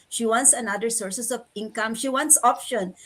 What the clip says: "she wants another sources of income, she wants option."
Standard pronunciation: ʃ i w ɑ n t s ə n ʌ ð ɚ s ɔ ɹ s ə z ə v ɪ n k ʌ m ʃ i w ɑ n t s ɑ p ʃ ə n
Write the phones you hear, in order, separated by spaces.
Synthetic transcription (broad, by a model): ʃ i w ɑ n t s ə n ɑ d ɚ s ɔ ɹ s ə s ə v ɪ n k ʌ m ʃ i w ɑ n t s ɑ p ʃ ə n